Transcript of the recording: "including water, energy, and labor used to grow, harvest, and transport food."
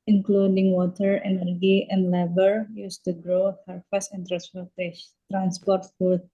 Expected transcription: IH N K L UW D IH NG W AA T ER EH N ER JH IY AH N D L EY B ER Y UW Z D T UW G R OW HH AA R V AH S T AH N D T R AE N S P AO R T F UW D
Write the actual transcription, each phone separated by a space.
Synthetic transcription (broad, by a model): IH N K L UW D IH NG W AA T ER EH N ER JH IY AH N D L EY B ER Y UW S T UW G R OW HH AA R F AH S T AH N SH T R AE N S P AO R T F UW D